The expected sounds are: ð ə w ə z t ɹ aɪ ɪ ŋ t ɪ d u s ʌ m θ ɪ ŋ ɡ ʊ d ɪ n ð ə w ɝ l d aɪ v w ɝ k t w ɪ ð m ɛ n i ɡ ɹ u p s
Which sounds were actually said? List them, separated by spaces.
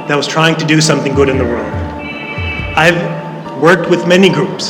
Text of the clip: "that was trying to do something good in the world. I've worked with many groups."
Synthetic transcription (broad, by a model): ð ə w ə z t ɹ aɪ ɪ ŋ t ɪ d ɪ s ʌ m θ ɪ ŋ ɡ ʊ d ɪ n ð ə w ɝ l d aɪ v w ɝ k t w ɪ ð m ɛ n i ɡ ɹ u p s